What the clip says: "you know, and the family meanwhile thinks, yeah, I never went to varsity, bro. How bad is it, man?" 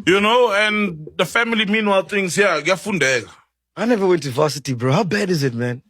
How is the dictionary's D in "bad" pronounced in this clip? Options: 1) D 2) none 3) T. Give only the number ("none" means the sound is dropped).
1